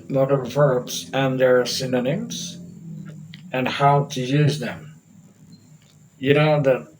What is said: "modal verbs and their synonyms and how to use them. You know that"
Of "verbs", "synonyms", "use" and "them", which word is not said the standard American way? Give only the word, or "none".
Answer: none